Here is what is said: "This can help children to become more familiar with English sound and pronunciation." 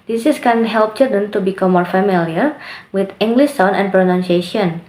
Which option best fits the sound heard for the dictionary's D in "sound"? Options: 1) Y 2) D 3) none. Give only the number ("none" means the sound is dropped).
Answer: 3